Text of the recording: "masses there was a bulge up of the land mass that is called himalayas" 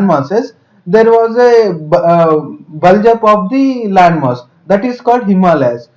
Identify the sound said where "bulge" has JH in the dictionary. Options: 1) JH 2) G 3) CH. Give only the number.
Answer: 1